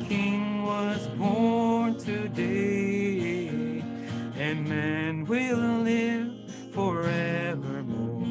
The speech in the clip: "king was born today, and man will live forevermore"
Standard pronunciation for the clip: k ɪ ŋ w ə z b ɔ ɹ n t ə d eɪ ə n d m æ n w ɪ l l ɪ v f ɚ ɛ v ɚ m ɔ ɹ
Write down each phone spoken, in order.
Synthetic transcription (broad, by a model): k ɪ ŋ w ə z b ɔ ɹ n t ə d eɪ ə n m æ n w ɪ l l ɪ v f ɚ ɛ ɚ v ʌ ɹ